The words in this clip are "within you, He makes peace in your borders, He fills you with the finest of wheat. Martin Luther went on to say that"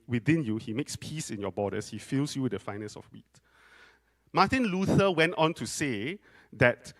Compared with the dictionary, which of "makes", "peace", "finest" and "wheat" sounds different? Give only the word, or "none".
finest